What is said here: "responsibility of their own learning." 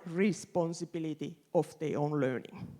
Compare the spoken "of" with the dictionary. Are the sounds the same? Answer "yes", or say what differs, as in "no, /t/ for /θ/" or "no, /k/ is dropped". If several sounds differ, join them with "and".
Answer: no, /f/ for /v/